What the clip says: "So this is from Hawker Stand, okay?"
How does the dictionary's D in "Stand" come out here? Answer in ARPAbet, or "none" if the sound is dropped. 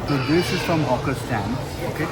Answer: none